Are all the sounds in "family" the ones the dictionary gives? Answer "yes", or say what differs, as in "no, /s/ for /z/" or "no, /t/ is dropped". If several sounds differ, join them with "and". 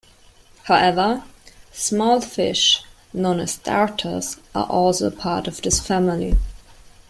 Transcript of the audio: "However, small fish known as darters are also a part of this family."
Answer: yes